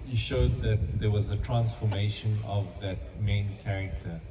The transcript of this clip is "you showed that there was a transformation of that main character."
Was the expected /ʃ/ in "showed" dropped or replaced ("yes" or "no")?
no